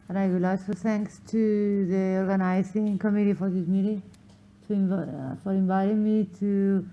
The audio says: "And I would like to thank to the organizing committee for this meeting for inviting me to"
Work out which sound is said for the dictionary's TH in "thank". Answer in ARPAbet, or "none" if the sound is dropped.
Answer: T